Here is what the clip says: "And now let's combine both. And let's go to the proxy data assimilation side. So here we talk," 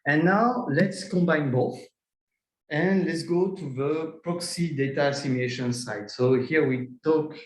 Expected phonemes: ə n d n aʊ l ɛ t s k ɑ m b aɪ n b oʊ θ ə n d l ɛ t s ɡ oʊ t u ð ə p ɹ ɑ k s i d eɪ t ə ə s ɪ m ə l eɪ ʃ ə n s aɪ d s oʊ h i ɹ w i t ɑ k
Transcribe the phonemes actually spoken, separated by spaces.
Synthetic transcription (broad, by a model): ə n n aʊ l ɛ t s k ɑ m b aɪ n b oʊ θ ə n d l ɛ t s ɡ oʊ t u ð ə p ɹ ɑ k s i d eɪ t ə s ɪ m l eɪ ʃ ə n s aɪ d s oʊ h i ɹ w i t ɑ k